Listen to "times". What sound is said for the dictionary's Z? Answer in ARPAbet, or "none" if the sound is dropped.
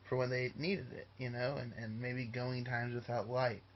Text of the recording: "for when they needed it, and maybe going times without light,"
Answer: Z